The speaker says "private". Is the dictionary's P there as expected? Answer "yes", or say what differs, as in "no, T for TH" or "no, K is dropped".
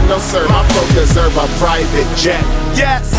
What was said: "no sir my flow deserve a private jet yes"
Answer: yes